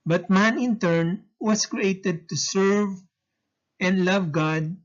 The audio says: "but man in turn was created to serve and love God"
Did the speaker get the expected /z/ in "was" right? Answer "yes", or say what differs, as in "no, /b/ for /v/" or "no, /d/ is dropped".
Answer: no, /s/ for /z/